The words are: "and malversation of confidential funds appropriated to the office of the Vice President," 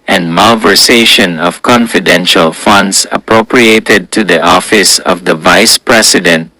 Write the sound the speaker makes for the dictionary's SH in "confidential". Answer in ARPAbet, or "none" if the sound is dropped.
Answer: SH